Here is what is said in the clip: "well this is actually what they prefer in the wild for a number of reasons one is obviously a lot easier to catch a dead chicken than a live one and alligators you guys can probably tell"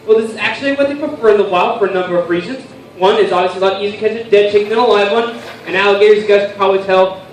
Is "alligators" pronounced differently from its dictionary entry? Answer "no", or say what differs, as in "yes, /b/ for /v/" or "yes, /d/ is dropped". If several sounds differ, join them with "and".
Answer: no